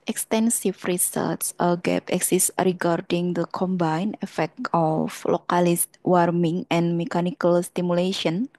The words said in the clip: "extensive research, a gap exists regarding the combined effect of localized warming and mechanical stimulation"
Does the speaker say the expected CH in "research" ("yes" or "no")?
no